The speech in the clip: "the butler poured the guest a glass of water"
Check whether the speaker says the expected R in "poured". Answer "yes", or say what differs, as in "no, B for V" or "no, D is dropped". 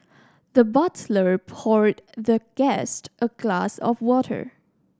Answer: yes